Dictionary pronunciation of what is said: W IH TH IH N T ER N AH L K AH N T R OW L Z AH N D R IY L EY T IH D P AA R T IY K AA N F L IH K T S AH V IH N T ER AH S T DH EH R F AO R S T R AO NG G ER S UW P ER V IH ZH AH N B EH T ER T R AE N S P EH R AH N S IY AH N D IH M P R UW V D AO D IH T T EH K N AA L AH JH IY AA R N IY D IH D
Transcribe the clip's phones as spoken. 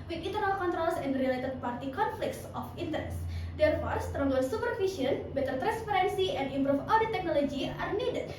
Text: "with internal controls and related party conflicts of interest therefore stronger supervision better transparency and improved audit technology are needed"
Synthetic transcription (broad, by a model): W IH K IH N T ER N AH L K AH N T R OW L S AH N D R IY L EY T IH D P AA R T IY K AA N F L IH K T S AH F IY N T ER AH S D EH R F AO R S T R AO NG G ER S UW P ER F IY S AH N B EH T ER T R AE N S P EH R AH N S IY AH N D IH M P R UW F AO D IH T T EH K N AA L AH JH IY AA R N IY D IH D